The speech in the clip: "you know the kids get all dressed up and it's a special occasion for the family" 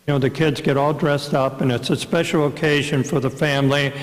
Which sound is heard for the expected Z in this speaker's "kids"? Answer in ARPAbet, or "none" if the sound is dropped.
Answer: Z